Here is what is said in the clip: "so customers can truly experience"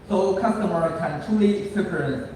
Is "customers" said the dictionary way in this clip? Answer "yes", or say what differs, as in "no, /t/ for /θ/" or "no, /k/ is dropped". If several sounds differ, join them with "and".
no, /z/ is dropped